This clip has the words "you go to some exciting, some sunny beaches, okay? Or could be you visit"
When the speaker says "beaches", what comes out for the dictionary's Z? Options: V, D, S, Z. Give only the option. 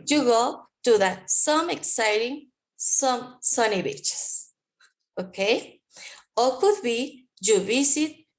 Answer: S